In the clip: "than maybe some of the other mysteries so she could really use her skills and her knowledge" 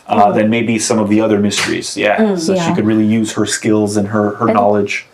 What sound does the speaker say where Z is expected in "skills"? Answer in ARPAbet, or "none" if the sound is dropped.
Z